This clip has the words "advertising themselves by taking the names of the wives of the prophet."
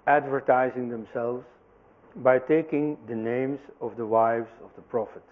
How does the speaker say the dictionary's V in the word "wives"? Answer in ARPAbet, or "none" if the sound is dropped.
V